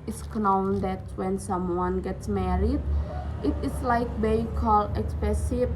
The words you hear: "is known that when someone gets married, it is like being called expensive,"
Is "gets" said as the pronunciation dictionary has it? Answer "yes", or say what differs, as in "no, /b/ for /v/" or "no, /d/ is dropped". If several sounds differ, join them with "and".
yes